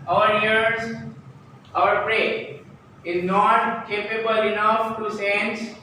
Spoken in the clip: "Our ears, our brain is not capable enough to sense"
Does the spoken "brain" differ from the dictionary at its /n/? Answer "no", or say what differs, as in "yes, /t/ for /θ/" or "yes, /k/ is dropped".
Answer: yes, /n/ is dropped